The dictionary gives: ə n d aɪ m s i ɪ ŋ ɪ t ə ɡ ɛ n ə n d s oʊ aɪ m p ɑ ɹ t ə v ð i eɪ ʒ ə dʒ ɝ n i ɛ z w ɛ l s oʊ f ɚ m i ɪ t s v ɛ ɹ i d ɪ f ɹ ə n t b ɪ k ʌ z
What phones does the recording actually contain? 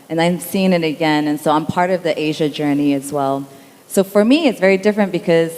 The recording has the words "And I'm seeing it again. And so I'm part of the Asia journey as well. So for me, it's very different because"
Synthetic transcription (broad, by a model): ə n aɪ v s i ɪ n ɪ t ə ɡ ɛ n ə n s oʊ aɪ m p ɑ ɹ t ə v ð i eɪ ʒ ə dʒ ɝ n i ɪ z w ɛ l s oʊ f ɚ m i ɪ t s v ɛ ɹ i d ɪ f ɹ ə n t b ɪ k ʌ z